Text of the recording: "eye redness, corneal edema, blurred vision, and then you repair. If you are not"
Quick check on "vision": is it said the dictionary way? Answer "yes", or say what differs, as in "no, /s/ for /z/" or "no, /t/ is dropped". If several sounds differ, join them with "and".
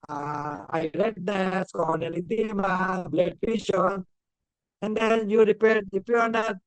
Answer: no, /p/ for /v/ and /ʃ/ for /ʒ/